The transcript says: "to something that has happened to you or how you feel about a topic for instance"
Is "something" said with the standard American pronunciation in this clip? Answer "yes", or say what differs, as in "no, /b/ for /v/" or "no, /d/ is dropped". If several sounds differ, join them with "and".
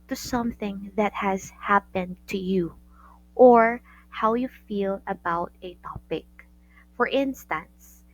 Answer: yes